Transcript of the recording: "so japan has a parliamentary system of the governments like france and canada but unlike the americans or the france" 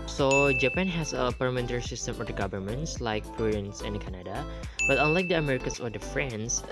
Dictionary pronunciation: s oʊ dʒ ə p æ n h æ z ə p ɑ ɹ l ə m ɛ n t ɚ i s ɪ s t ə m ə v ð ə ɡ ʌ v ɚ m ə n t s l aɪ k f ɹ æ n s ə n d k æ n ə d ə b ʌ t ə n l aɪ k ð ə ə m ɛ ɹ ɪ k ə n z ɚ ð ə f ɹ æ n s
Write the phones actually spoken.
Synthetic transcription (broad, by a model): s oʊ dʒ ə p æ n h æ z ə p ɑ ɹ ə m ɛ n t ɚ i s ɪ s t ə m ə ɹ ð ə ɡ ʌ v ɚ m ə n t s l aɪ k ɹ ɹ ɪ n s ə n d k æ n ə d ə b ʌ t ə n l aɪ k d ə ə m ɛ ɹ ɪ k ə n s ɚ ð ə f ɹ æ n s